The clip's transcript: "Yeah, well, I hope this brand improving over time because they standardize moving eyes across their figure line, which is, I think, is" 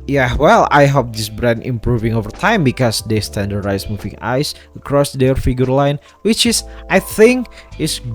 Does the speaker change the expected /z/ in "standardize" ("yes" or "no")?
yes